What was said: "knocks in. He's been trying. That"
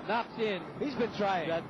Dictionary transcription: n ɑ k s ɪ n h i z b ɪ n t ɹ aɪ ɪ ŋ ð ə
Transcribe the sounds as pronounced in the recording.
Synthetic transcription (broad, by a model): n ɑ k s ɪ n h i z b ɪ n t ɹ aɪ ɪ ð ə